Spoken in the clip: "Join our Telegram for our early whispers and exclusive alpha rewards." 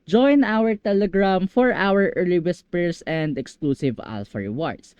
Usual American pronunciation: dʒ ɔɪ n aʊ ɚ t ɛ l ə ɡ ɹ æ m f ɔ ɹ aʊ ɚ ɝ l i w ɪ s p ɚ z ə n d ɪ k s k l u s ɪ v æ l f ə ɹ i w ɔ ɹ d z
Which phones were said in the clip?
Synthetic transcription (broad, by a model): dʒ ɔɪ n aʊ ɚ t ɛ l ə ɡ ɹ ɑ m f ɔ ɹ aʊ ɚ ɝ l i w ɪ s p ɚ s ə n d ɪ k s k l u s ɪ v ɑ l f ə ɹ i w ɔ ɹ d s